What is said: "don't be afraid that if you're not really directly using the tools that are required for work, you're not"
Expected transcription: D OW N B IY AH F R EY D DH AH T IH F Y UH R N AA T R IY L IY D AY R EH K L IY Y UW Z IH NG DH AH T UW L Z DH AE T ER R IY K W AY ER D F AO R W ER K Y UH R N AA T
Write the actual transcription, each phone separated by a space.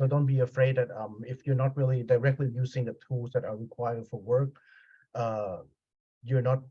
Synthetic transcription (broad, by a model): D OW N B IY AH F R EY D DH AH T IH F Y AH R N AA T R IY L IY D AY R EH K L IY Y UW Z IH NG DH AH T UW L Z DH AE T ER R IY K W AY ER D F AO R W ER K Y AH R N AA T